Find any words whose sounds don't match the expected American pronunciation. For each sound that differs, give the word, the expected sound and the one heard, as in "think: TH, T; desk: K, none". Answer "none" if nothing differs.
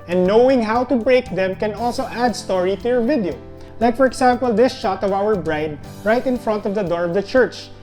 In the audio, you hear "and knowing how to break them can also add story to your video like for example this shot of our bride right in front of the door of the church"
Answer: example: Z, S